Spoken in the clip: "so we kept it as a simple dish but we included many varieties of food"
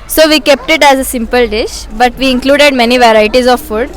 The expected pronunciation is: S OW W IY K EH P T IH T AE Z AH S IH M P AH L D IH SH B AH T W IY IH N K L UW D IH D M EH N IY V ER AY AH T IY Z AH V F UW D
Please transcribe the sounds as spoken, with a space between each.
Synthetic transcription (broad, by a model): S OW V IY K EH P T IH T AE Z AH S IH M P AH L D IH SH B AH T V IY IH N K L UW D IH D M EH N IY V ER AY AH T IY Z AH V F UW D